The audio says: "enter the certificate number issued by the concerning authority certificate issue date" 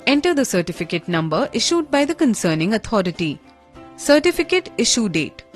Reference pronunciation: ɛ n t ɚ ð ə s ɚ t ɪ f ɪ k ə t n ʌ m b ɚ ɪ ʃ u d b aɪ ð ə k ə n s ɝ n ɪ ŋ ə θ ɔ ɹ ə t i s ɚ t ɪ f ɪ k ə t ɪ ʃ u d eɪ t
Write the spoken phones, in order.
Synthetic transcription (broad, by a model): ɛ n t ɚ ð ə s ɚ t ɪ f ɪ k ə t n ʌ m b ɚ ɪ ʃ u d b aɪ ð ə k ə n s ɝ n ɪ ŋ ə t ɔ ɹ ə t i s ɚ t ɪ f ɪ k ə t ɪ ʃ u d eɪ t